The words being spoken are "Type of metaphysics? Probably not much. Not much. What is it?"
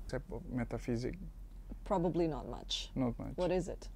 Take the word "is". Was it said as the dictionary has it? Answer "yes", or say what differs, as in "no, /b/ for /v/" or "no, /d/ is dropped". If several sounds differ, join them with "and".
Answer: yes